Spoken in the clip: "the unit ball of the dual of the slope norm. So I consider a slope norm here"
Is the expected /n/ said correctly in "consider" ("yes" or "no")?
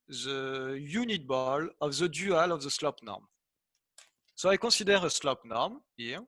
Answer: no